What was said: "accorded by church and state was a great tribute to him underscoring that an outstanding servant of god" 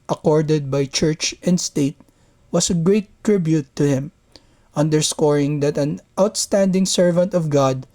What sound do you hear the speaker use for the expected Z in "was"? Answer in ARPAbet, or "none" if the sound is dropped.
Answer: S